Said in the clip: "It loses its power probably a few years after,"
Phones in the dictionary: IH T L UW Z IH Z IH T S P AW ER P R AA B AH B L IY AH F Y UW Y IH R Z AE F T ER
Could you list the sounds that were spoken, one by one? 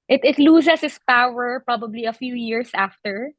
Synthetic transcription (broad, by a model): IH T L UW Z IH S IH S P AW ER P R AA B AH B L IY AH F Y UW Y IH R S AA F T ER